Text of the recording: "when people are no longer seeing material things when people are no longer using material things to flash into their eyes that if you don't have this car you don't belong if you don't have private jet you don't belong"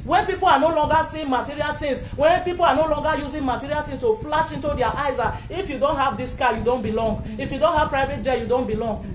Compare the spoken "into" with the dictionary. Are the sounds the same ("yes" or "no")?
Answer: yes